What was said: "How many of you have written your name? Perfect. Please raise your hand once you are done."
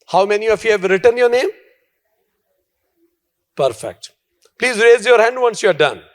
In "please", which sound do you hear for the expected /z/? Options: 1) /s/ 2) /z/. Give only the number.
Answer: 2